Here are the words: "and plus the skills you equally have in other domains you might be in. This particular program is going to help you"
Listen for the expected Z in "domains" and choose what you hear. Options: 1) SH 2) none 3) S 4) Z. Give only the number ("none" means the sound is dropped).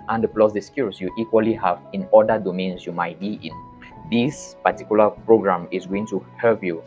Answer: 3